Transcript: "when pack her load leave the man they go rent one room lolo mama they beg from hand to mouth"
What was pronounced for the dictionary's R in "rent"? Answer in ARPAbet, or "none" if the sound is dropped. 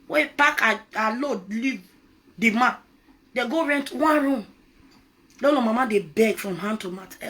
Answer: R